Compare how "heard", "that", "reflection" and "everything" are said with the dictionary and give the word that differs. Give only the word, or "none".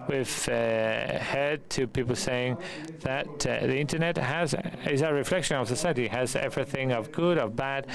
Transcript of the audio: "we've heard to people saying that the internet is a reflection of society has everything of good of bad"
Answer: none